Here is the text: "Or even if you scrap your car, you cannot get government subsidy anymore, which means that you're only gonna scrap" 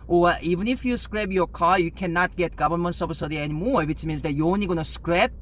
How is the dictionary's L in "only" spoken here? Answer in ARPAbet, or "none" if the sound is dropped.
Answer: none